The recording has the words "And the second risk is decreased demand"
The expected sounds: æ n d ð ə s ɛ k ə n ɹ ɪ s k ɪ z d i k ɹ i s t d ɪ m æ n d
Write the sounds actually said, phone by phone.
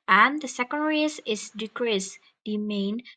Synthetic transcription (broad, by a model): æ n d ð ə s ɛ k ə n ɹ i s ɪ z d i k ɹ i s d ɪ m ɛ n